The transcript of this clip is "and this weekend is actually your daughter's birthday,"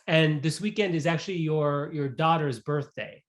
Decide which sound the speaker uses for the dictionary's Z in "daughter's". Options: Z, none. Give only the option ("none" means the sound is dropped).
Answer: Z